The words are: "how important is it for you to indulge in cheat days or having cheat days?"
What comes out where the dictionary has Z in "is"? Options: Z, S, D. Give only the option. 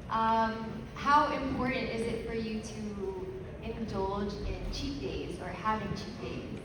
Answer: Z